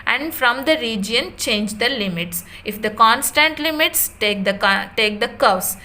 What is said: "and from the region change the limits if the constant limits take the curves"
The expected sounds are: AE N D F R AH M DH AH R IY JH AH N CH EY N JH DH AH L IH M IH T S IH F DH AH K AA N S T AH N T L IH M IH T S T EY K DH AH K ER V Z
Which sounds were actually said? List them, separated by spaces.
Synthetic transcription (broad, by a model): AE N D F R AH M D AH R IY JH AH N CH EY N JH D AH L IH M IH T S IH F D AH K AA N S T AH N T L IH M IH T S T EY K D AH K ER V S